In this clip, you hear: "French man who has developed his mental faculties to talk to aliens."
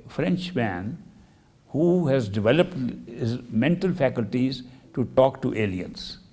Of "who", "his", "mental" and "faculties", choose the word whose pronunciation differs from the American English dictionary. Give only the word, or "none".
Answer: none